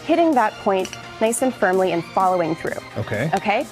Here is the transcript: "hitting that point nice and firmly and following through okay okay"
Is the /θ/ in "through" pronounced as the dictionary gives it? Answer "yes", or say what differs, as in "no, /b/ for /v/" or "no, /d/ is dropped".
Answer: yes